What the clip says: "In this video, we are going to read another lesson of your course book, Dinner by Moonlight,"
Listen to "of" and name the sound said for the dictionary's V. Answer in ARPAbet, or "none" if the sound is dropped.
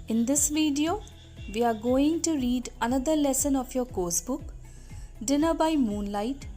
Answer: P